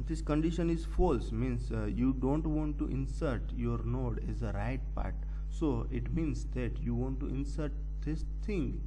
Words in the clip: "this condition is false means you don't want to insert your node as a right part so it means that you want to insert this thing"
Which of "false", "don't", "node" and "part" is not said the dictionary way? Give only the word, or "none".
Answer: none